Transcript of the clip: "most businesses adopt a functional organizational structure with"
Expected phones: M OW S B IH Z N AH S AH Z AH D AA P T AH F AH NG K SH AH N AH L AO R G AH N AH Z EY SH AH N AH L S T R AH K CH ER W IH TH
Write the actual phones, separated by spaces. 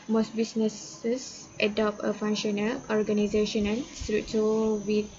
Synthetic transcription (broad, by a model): M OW S B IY S N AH S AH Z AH D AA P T AH F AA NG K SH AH N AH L AO R G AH N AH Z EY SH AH N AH N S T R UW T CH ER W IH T